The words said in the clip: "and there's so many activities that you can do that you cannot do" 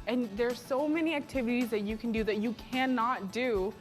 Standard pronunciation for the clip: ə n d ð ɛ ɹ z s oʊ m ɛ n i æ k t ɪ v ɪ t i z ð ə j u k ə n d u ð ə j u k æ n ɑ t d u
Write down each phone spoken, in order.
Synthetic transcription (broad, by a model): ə n ð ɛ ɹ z s oʊ m ɛ n i æ k t ɪ v ɪ t i z ð ə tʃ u k n d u ð ə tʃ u k æ n ɑ t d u